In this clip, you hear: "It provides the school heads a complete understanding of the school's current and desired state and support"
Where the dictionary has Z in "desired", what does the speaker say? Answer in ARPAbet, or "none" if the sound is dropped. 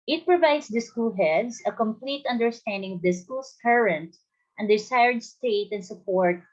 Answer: S